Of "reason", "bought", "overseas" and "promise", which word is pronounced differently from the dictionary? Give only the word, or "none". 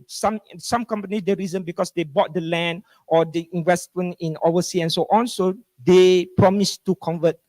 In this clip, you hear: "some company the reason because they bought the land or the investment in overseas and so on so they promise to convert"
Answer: overseas